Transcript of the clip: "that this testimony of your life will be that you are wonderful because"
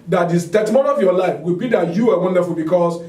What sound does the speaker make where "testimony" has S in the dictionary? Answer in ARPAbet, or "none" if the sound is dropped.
none